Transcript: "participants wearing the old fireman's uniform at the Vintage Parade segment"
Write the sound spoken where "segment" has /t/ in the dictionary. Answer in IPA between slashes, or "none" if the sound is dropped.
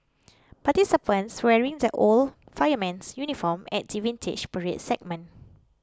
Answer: none